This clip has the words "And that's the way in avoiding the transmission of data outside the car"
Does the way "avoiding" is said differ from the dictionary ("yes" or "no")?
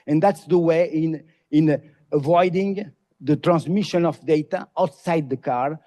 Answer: no